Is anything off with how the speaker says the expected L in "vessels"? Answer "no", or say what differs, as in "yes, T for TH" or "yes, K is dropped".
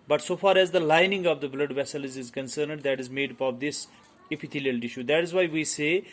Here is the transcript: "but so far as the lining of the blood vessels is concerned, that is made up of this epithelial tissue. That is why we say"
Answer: no